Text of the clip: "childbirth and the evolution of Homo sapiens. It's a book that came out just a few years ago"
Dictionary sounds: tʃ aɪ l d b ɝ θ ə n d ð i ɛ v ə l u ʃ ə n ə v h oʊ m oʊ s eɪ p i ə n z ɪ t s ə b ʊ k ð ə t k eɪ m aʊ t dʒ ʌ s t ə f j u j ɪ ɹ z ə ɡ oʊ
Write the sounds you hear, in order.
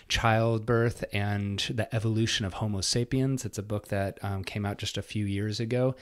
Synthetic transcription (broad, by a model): tʃ aɪ l d b ɝ θ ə n ð i ɛ v ə l u ʃ ə n ə v h oʊ m oʊ s eɪ p i ə n z ɪ t s ə b ʊ k ð ə t k eɪ m aʊ t dʒ ʌ s t ə f j u j ɪ ɹ z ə ɡ oʊ